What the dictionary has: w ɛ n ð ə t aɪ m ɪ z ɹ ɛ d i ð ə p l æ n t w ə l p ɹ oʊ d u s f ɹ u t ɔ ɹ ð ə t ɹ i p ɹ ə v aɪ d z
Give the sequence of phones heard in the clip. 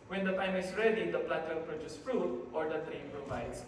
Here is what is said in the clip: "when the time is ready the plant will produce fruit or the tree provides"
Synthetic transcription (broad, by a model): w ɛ n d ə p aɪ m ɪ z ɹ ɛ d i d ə p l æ t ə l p ɹ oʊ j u s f ɹ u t ɔ ɹ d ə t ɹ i p ɹ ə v aɪ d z